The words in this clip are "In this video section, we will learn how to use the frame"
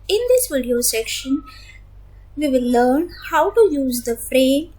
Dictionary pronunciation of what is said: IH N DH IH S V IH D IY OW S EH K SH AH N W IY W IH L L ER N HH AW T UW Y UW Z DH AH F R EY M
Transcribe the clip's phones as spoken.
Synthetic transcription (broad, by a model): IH N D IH S V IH D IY OW S EH K SH AH N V IY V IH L L ER N HH AW T UW Y UW Z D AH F R EY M